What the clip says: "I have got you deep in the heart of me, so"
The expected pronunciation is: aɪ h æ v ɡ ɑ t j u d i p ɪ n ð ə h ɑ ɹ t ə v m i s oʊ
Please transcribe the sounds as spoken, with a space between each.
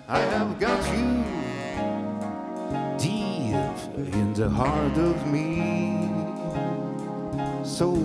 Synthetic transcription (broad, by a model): aɪ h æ v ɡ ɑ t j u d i ɪ n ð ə h ɑ ɹ t ə v m i s oʊ